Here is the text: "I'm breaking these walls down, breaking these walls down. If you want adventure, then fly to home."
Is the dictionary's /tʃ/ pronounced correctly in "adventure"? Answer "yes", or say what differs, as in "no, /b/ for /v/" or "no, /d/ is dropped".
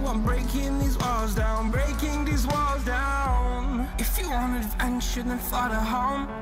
no, /ʃ/ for /tʃ/